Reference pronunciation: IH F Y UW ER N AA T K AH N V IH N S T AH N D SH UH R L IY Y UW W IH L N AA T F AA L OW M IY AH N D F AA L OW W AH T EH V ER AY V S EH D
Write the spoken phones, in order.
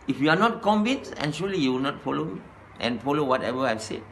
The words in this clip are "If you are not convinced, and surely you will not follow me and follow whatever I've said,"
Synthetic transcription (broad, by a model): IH F Y UW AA N AA T K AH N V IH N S AH N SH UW L IY Y UW W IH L N AA T F AA L OW M IY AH N F AA L OW W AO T EH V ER AY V S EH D